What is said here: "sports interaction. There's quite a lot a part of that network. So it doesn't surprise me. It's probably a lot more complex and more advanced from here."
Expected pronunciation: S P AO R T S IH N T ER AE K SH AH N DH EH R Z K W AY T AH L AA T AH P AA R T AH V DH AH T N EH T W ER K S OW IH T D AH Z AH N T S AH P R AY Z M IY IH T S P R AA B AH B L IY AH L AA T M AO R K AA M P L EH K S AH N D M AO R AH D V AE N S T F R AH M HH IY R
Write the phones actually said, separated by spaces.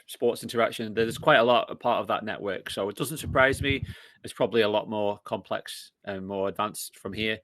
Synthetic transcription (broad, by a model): S P AO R T S IH N T ER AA K SH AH N DH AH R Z K W AY T AH L AA T AH P AA R T AH V DH AH T N EH T W ER K S OW IH T D AH Z AH N T S AH P R AY Z M IY IH T S P R AA B AH B L IY AH L AA T M AO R K AA M P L EH K S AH N M AO R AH D V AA N S F R AH M HH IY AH